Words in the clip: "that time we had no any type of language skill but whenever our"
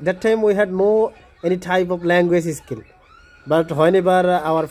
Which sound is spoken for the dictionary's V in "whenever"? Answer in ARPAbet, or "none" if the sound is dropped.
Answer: B